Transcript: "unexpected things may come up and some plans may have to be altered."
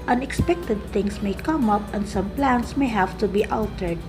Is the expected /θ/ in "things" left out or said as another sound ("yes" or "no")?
yes